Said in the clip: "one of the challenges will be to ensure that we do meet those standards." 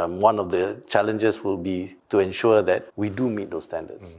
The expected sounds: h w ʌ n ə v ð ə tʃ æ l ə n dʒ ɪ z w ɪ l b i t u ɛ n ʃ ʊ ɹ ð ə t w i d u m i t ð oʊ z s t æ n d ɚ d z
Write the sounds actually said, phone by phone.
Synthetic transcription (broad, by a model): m w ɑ n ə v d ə tʃ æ l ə n dʒ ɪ s w ɪ l b i t u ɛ n ʃ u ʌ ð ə t w i d u m i t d oʊ s t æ n d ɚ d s